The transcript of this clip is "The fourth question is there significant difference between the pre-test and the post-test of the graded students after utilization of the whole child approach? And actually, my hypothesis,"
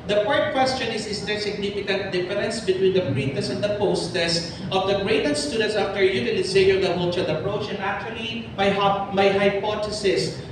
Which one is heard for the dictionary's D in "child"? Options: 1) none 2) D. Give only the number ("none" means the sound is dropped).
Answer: 1